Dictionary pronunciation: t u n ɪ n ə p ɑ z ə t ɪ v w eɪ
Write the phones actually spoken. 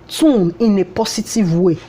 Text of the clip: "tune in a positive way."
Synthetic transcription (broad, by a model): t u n ɪ n ə p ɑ s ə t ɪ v w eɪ